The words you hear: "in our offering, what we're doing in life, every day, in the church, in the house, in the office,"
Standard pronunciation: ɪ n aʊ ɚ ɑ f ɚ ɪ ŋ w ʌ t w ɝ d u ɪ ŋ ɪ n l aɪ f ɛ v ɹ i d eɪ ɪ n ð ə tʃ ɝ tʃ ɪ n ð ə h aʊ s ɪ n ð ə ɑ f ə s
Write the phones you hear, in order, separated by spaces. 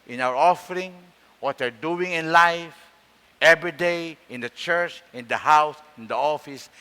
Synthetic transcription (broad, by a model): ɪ n aʊ ɚ ɑ f ɚ ɪ ŋ w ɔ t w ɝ d u ɪ ŋ ɪ n l aɪ f ɛ v ɹ i d eɪ ɪ n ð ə tʃ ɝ tʃ ɪ n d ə h aʊ s ɪ n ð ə ɑ f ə s